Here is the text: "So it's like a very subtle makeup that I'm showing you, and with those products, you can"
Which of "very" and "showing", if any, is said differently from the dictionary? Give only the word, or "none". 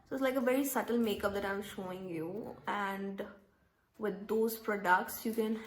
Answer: none